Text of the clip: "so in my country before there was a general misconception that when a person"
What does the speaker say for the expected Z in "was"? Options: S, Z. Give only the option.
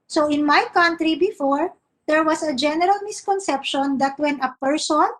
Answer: S